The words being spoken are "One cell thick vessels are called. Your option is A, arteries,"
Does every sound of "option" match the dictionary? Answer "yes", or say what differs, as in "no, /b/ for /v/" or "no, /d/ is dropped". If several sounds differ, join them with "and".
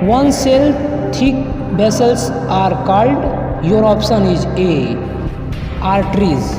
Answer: no, /s/ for /ʃ/